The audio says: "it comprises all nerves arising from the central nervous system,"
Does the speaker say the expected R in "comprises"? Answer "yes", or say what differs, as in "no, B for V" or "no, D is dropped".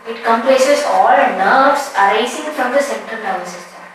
no, L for R